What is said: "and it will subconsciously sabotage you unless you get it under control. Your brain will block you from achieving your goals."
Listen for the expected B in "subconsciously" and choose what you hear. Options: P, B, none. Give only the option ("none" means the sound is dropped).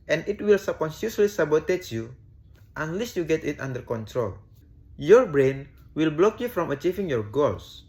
none